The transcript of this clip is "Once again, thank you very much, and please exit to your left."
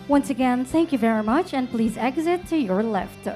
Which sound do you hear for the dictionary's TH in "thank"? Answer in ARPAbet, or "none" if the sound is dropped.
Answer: TH